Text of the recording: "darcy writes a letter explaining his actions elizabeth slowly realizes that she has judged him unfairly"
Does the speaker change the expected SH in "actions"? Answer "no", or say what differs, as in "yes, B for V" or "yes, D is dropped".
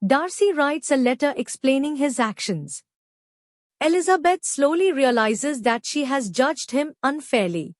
no